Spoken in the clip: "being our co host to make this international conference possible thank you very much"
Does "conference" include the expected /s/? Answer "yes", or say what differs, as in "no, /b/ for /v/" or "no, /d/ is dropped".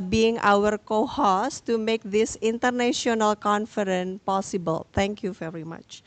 no, /s/ is dropped